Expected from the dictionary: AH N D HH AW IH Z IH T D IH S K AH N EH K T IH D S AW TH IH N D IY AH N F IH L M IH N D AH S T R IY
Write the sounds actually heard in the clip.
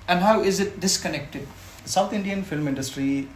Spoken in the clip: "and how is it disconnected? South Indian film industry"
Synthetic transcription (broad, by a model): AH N D HH AW IH Z IH T D IH S K AH N EH K T IH D S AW T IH N D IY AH N F IH L M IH N D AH S T R IY